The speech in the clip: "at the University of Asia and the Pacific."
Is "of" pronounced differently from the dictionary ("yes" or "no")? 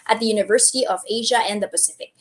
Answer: no